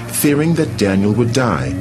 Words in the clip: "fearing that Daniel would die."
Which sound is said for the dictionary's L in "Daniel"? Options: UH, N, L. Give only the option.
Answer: L